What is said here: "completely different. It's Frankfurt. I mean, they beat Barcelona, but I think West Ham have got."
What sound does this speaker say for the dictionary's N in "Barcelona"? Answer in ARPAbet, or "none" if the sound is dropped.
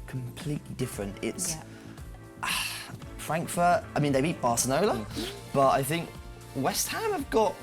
L